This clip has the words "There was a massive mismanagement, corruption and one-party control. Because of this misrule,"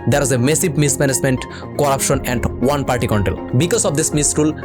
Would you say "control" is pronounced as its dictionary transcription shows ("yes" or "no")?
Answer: no